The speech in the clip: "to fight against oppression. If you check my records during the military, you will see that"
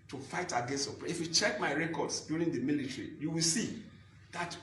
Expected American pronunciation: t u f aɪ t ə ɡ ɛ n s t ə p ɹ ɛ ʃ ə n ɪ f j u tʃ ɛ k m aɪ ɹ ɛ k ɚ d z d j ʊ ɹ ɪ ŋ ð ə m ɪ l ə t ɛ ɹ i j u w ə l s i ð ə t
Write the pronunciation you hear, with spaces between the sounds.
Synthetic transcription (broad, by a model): t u f aɪ t ə ɡ ɛ n s t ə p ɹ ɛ ə f j u tʃ ɛ k m aɪ ɹ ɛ k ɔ d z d j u ɹ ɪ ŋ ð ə m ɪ l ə t ɹ i j u w ə l s i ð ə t